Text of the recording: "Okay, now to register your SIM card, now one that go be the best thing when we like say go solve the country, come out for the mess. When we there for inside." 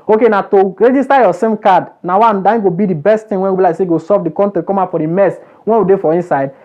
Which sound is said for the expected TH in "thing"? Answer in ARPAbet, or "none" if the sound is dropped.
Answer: T